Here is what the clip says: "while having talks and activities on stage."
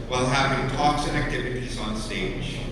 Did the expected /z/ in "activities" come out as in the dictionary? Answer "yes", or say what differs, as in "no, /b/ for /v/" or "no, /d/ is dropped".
yes